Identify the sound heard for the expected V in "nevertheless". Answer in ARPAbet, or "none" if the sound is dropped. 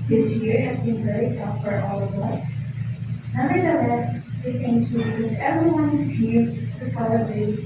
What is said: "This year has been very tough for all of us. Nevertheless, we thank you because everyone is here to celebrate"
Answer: none